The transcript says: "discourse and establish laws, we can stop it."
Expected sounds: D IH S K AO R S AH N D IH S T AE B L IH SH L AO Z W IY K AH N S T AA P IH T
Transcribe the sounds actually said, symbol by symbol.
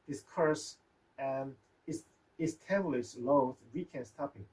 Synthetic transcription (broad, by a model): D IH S K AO R S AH N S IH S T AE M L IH S L AO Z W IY K AH N S T AA P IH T